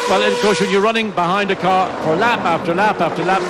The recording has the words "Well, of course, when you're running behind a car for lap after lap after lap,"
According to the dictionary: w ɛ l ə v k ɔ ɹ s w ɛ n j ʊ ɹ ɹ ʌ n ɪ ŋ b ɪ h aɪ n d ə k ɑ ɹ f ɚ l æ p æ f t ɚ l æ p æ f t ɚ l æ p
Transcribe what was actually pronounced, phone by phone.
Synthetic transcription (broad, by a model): w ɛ l ə v k ɔ ɹ s w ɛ n j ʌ ɹ ɹ ʌ n ɪ ŋ b ɪ h aɪ n d ə k ɑ ɹ f ɚ l æ p æ f t ɚ l æ p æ f t ɚ l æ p